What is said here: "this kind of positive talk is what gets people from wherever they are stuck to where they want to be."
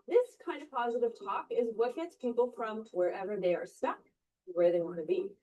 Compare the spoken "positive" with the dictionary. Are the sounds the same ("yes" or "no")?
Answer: yes